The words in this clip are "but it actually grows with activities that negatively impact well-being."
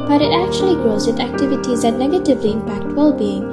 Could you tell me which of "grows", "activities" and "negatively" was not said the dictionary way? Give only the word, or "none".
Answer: none